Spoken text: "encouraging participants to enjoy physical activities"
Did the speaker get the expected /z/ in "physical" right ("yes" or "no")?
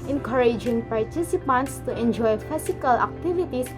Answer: no